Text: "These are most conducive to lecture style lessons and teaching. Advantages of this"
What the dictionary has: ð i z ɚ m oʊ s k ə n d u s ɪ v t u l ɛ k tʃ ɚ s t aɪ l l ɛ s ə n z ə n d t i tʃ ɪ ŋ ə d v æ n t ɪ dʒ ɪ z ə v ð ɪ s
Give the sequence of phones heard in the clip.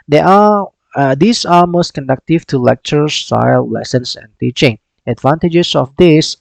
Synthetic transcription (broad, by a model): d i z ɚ m oʊ s k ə n d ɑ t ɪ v t u l ɛ k tʃ ɚ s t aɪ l l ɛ s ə n s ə n t i tʃ ɪ ŋ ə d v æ n t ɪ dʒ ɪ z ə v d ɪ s